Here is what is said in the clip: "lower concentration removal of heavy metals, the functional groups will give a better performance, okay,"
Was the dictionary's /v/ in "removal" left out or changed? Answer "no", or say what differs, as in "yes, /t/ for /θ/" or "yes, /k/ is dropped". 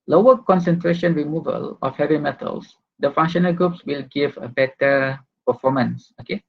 no